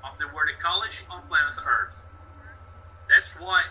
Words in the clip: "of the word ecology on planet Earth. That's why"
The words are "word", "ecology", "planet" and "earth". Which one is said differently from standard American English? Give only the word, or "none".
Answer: planet